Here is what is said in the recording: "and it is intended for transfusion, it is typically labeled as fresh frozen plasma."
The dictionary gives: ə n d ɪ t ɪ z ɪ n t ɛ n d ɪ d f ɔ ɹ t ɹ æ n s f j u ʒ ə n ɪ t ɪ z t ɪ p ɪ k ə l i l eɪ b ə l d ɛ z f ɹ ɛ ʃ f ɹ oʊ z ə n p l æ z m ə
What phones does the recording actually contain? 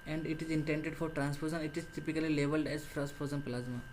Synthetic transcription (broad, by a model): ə n d ɪ t ɪ z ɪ n t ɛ n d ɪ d f ɔ ɹ t ɹ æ n s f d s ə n ɪ t ɪ z t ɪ p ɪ k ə l i l eɪ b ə l d ɛ z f ɹ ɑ s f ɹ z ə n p l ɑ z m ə